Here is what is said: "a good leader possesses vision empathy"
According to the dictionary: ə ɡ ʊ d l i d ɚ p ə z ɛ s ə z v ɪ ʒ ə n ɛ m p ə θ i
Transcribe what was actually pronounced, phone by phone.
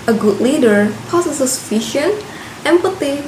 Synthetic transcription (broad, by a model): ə ɡ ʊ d l i d ɚ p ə s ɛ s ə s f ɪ ʃ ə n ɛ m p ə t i